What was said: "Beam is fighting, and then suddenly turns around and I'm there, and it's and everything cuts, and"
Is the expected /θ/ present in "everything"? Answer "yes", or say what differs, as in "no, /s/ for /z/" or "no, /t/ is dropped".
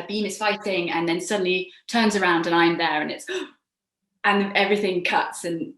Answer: yes